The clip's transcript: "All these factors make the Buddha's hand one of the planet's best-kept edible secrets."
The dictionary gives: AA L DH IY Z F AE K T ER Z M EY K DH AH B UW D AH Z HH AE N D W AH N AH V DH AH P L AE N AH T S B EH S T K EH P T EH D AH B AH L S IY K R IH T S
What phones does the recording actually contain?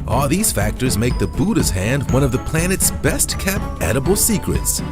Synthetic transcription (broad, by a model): AA L DH IY Z F AE K T ER Z M EY K DH AH B UW D AH Z HH AE N D W AH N AH V DH AH P L AE N AH T S B EH S T K EH P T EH D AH B L S IY K R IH T S